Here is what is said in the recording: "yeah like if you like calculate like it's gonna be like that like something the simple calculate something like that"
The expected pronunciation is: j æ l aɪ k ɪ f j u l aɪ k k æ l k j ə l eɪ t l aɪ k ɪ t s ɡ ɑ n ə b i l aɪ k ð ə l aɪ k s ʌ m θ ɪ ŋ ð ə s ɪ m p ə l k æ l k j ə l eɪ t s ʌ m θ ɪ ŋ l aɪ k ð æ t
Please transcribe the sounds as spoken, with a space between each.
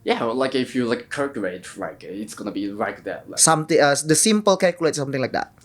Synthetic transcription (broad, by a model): j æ l aɪ k ɪ f j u l aɪ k k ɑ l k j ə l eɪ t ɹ aɪ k ɪ t s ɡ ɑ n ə b i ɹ aɪ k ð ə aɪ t s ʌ m t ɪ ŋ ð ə s ɪ m p ə l k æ l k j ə l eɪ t s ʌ m t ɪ ŋ l aɪ k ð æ t